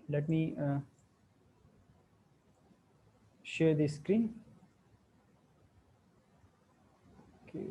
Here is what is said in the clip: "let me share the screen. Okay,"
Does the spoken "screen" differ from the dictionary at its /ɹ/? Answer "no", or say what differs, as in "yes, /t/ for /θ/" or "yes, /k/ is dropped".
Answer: no